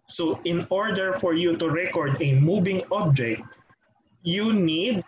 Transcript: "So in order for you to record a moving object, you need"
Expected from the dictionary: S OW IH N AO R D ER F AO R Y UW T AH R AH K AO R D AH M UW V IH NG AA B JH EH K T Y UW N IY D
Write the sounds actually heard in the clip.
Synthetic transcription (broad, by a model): S OW IH N AO R D ER F AO R Y UW T AH R AH K AO R D AH M UW B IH NG AA B JH EH K T Y UW N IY D